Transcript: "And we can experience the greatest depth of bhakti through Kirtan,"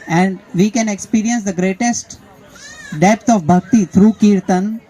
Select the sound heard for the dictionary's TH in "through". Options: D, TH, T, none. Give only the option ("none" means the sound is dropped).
T